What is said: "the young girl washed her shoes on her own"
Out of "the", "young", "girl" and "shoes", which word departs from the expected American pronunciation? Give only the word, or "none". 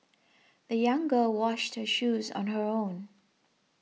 none